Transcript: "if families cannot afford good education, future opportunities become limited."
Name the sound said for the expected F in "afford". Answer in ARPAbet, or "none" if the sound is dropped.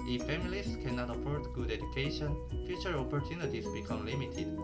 P